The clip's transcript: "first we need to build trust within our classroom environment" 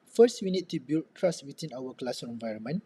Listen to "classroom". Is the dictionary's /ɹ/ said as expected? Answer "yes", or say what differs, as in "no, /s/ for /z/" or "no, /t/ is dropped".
no, /ɹ/ is dropped